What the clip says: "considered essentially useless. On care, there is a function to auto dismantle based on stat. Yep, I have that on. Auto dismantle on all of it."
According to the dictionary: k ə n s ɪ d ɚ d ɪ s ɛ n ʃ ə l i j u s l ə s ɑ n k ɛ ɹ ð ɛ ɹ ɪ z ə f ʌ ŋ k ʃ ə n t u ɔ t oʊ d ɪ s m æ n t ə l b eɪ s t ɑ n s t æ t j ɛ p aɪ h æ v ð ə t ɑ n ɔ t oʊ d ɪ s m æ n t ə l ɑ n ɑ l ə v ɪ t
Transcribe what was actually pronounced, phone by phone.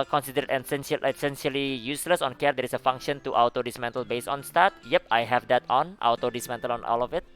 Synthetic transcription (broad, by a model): k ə n s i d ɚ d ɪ s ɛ n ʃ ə l i j u s l ə s ɑ n k ɛ ɹ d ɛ ɹ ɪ s ə f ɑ ŋ k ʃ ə n t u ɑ t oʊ d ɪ s m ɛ n t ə l b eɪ s ɑ n s t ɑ t j ɛ p aɪ h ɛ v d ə t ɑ n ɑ t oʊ d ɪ s m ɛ n t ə l ɑ n ɑ l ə f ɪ t